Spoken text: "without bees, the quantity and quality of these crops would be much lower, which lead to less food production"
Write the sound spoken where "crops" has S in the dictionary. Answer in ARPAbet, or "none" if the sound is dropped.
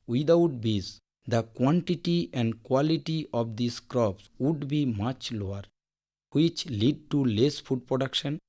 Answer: S